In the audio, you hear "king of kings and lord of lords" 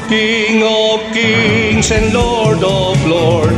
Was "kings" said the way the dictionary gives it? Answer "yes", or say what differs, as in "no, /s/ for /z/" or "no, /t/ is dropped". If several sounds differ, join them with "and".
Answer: no, /s/ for /z/